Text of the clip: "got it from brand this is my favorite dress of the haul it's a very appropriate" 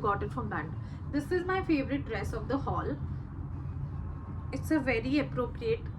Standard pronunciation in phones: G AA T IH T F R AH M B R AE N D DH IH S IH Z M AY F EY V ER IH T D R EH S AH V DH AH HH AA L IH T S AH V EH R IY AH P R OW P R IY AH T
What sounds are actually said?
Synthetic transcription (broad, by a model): G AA T IH T F R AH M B AE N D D IH S IH Z M AY F EY V ER IH T D R EH S AH V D AH HH AA L IH T S AH V EH R IY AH P R OW P R IY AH T